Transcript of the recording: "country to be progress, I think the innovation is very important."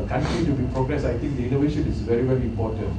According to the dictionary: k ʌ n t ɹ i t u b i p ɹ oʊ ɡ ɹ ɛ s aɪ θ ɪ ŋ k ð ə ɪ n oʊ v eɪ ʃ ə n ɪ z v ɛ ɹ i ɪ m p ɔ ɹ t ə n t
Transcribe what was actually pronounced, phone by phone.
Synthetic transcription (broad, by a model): k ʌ n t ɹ i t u b i p ɹ oʊ ɡ ɹ ɛ s aɪ t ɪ ŋ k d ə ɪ n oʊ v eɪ ʃ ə n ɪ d v ɛ ɹ i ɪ m p ɔ t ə n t